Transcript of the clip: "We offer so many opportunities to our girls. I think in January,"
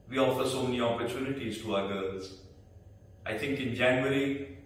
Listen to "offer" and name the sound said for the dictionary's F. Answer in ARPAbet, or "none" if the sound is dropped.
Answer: F